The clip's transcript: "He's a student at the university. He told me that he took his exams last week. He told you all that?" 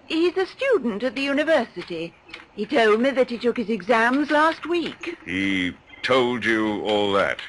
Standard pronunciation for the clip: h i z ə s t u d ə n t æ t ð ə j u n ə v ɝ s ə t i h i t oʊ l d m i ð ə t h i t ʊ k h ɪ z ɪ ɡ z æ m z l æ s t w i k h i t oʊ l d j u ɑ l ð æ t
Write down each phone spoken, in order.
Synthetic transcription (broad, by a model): h i z ə s t u d n t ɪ t ð ə j u n ə v ɝ s ə t i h i t oʊ l d m i ð ə t h i t ʊ k h ɪ z ɪ ɡ z æ m z l æ s t w i k h i t oʊ l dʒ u ɑ l ð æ t